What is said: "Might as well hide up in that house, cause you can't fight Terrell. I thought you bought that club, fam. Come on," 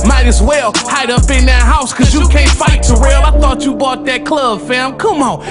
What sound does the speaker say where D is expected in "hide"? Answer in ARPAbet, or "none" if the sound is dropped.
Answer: D